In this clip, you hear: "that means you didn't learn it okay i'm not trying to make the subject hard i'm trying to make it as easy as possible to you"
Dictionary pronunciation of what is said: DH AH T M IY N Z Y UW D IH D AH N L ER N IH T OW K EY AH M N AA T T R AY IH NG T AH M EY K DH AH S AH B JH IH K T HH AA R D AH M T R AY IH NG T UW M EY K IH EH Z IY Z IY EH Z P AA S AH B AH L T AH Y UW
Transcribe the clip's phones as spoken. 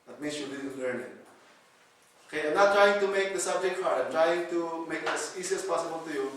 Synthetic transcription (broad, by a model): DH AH T M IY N S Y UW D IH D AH L ER N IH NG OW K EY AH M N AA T T R AY IH NG T AH M EY K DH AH S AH B JH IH K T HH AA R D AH T R AY IH NG T UW M EY K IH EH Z IY S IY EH S P AA S AH B AH L T AH Y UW